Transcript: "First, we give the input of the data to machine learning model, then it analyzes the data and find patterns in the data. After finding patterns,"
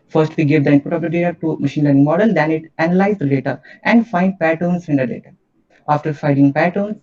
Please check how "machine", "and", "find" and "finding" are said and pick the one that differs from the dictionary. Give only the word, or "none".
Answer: finding